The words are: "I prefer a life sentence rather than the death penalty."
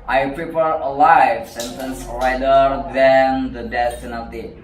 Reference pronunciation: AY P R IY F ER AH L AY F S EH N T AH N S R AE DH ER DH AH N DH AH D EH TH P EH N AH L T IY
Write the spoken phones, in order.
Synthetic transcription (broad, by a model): AY P R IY P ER AH L AY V S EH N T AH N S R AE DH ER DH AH N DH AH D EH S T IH N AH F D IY